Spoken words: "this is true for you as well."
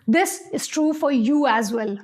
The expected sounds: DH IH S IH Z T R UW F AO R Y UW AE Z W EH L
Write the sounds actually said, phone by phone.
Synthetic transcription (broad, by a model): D IH S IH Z T R UW F AO R Y UW AE Z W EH L